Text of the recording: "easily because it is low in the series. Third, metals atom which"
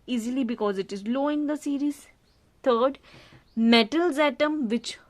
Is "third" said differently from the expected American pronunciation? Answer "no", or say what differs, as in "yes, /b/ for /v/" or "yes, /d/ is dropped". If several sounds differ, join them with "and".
yes, /t/ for /θ/